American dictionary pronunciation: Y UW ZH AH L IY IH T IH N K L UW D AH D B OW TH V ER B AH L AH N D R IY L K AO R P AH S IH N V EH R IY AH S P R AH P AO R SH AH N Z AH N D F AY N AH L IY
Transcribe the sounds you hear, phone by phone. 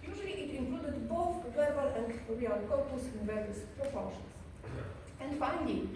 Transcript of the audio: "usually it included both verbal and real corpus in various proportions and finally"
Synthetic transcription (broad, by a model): Y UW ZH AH L IY IH T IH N K L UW D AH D B OW TH W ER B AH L AH N D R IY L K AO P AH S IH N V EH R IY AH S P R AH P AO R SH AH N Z AH N D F AY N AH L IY